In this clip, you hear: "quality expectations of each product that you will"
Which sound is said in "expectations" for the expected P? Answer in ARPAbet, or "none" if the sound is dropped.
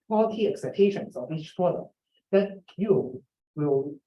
none